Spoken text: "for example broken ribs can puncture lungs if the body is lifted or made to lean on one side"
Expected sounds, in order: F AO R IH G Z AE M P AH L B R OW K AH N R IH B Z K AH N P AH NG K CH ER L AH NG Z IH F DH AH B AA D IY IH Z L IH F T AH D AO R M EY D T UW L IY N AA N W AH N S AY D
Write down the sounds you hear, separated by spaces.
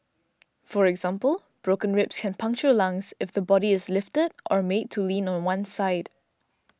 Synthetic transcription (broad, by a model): F AO R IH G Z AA M P AH L B R OW K AH N R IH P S K AH N P AH NG K CH ER L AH NG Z IH F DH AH B AA D IY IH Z L IH F T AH D AO R M EY D T UW L IY N AA N W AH N S AY D